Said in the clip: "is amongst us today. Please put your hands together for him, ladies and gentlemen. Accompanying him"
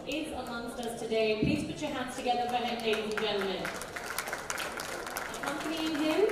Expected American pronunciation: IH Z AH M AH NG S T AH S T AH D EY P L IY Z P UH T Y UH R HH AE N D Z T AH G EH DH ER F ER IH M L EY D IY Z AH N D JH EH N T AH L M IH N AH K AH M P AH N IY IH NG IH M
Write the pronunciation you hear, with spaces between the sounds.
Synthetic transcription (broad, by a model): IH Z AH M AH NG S T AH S T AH D EY P L IY Z P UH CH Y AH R HH AE N D Z T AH G EH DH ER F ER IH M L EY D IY AH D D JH EH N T L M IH N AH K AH M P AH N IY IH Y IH